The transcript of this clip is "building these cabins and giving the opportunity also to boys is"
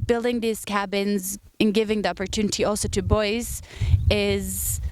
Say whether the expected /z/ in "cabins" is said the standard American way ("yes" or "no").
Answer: yes